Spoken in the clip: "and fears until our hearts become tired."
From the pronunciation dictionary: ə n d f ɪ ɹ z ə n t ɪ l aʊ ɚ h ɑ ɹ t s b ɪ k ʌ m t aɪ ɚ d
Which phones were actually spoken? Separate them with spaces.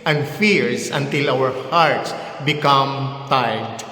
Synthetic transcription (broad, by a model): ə n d f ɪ ɹ s ə n t ɪ l aʊ ɚ h ɑ ɹ t s b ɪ k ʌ m t aɪ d